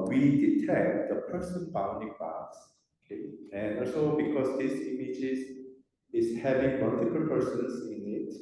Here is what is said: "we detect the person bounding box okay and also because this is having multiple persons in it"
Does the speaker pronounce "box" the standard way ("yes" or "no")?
no